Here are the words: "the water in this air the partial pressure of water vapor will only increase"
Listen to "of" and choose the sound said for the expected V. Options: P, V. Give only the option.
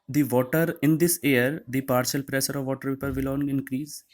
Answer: V